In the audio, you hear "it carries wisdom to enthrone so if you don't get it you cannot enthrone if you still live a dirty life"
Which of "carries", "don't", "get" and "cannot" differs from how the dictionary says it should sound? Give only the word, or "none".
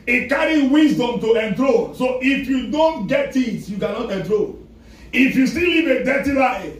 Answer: carries